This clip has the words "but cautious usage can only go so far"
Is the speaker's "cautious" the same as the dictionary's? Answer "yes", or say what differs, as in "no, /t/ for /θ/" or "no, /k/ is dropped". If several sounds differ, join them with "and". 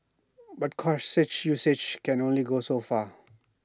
no, /s/ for /ʃ/